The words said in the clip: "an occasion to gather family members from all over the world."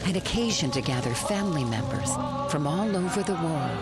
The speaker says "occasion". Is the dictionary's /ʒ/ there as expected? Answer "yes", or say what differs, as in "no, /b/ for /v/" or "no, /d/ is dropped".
yes